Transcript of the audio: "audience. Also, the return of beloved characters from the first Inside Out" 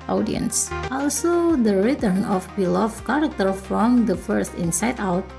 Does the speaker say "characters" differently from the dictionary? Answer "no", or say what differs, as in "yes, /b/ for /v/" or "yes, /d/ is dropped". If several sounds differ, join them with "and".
yes, /z/ is dropped